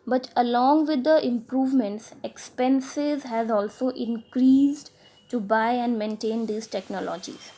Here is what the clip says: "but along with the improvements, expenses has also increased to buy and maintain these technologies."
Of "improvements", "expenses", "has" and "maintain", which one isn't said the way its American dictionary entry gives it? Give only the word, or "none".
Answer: none